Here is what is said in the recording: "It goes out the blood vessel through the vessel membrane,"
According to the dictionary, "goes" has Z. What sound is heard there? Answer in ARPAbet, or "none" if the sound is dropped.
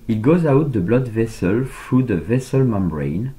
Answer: Z